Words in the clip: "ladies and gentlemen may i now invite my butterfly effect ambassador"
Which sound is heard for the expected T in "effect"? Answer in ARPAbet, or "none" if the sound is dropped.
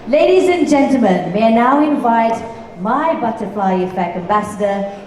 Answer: none